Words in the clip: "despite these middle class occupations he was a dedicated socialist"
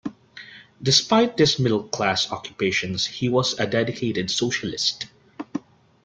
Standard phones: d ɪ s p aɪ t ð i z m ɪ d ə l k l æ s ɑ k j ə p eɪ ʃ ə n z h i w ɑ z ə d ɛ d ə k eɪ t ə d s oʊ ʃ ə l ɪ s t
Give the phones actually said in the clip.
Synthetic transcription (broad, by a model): d ɪ s p aɪ t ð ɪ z m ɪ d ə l k l æ s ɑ k j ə p eɪ ʃ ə n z h i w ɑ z ə d ɛ d ə k eɪ t ə d s oʊ ʃ ə l ɪ s t